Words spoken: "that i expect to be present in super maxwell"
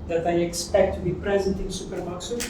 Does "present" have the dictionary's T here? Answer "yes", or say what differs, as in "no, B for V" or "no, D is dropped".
yes